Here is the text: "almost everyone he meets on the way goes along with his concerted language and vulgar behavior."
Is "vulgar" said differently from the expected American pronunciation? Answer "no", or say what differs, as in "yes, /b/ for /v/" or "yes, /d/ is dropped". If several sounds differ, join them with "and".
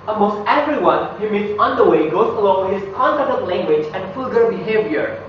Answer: yes, /f/ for /v/